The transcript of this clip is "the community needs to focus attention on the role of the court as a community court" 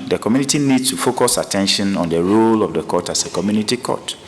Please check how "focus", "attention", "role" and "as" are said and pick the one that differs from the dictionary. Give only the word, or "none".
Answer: as